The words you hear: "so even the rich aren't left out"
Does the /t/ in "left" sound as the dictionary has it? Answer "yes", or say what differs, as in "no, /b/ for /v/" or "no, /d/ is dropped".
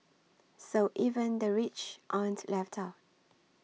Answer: yes